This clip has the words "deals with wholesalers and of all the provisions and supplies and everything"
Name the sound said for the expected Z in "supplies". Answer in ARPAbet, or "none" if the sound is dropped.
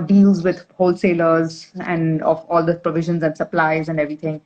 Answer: Z